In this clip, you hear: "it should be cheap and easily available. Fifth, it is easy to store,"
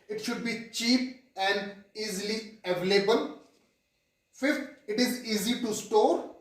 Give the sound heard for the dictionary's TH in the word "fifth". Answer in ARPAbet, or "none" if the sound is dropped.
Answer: T